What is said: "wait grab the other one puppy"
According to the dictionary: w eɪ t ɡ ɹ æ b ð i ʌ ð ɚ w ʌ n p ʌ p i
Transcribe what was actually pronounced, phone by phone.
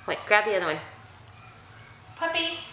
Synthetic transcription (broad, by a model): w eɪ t ɡ ɹ æ b ð i ʌ ð ɚ w ʌ n p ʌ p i